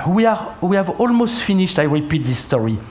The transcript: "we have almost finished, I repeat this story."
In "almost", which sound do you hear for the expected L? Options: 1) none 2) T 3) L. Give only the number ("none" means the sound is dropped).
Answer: 3